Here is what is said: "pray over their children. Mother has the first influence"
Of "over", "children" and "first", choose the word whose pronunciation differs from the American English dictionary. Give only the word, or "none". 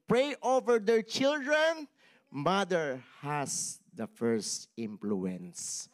none